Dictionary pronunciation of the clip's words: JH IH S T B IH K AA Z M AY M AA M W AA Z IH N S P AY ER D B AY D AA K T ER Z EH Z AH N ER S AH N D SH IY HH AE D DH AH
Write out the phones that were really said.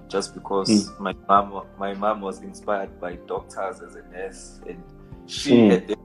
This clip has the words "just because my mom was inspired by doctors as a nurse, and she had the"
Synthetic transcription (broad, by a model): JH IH S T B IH K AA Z M AY M AA M W AA Z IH N S P AY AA D B AY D AA K T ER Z EH Z AH N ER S AH N D SH IY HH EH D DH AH